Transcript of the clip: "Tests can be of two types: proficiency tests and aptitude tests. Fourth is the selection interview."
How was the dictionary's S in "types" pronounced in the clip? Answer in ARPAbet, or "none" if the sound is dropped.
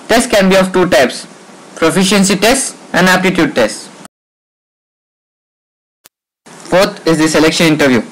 S